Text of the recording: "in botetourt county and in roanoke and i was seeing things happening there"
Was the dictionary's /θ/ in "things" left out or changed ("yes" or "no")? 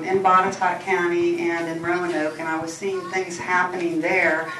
no